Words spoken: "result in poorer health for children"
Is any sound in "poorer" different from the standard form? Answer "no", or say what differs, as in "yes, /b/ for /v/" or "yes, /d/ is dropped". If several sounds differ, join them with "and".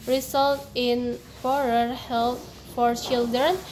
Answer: yes, /f/ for /p/